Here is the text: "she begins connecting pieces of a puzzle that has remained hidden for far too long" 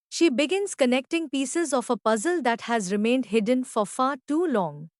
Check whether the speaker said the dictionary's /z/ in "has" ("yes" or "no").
yes